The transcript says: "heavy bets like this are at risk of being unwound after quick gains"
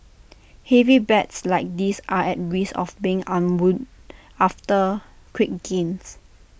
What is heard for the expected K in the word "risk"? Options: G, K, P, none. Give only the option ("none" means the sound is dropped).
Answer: none